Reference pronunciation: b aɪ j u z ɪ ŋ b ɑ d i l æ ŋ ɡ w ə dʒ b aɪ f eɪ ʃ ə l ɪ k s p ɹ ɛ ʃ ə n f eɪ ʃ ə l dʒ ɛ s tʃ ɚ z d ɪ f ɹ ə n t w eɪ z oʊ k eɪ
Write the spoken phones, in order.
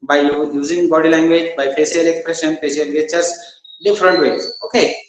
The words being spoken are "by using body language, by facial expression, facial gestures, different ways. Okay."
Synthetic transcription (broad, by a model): b aɪ j u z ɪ ŋ b ɑ d i l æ ŋ ɡ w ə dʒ b aɪ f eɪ s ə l ɪ k s p ɹ ɛ ʃ ə n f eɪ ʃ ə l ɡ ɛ tʃ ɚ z d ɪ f ɹ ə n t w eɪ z oʊ k eɪ